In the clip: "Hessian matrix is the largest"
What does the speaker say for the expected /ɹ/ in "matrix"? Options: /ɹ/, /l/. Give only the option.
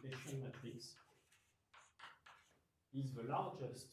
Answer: /l/